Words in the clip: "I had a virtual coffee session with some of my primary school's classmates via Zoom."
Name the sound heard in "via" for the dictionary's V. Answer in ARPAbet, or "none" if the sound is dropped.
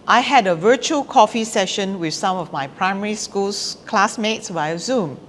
W